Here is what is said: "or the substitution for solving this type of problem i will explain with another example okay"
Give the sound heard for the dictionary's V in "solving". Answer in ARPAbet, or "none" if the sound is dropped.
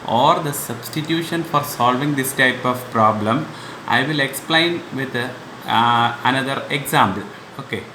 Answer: V